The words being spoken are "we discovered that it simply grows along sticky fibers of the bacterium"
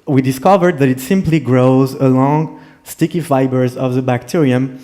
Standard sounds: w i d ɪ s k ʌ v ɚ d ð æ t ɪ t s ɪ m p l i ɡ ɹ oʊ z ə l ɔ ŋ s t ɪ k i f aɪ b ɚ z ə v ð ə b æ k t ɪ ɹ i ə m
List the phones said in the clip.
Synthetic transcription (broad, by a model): w i d ɪ s k ʌ v ɚ d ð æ t ɪ t s ɪ m p l i ɡ ɹ oʊ z ə l ɔ ŋ s t ɪ k i f aɪ b ɚ z ə v ð ə b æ k t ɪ ɹ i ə m